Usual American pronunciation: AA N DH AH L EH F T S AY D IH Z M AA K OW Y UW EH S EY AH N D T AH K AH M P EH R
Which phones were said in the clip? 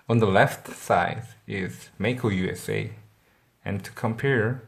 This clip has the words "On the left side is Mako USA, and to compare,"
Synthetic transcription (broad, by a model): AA N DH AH L EH F T S AY D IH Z M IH K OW Y UW EH S EY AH N T AH K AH M P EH R